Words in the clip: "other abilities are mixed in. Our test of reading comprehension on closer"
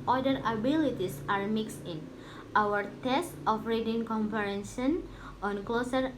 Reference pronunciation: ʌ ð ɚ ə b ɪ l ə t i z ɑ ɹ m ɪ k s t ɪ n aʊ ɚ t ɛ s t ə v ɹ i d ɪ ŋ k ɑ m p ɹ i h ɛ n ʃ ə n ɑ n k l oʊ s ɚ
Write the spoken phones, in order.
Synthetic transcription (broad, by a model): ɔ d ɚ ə b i l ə t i s ɑ ɹ m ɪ k s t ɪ n aʊ ɚ t ɛ s t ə f ɹ i d ɪ ŋ k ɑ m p i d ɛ n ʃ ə n ɑ n k l oʊ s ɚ